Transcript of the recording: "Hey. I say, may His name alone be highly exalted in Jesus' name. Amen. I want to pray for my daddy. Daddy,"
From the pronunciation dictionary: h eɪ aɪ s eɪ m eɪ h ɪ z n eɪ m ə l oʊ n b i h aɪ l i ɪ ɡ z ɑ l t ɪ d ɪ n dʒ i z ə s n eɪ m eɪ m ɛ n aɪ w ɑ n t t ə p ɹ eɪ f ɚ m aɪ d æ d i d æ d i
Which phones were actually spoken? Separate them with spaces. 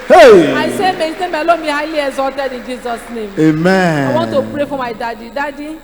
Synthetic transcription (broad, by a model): h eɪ aɪ s eɪ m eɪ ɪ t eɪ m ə l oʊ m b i h aɪ l i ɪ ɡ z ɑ t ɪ d ɪ n dʒ i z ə s n eɪ m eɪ m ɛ aɪ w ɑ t t ə p ɹ eɪ f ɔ m aɪ d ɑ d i d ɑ d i